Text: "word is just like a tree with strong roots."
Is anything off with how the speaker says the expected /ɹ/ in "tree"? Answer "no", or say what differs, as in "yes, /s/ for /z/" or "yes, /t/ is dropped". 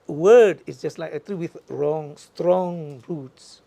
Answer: yes, /l/ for /ɹ/